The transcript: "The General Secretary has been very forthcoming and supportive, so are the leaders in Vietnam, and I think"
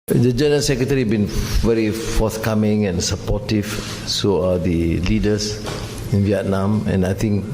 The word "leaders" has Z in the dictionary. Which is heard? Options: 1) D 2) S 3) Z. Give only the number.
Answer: 2